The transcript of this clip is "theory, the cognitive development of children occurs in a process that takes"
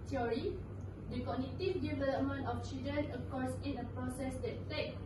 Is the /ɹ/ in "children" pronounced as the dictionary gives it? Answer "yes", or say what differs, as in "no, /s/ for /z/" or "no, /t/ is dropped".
no, /ɹ/ is dropped